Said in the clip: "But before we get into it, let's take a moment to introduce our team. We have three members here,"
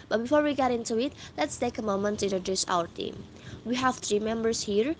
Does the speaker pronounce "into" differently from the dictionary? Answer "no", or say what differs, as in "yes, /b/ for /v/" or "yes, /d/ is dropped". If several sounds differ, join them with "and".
no